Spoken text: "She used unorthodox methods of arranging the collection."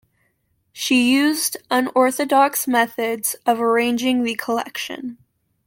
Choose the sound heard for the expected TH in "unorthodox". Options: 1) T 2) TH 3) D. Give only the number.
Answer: 2